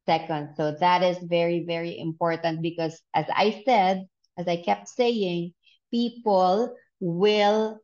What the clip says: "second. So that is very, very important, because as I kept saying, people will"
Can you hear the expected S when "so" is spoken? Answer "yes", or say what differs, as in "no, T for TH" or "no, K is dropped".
yes